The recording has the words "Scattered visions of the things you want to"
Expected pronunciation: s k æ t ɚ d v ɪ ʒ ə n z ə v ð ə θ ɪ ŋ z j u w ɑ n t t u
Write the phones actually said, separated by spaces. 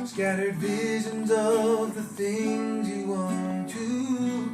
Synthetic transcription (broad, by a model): s k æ t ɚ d v ɪ ʒ ə n z ə v ð ə θ ɪ ŋ z j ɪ w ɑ n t t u